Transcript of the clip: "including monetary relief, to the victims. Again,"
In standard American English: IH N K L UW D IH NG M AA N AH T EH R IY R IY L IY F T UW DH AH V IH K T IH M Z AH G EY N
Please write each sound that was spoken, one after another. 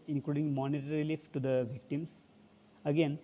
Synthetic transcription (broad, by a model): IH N K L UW D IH NG M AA N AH T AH R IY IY L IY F T UW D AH V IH K T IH M S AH G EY N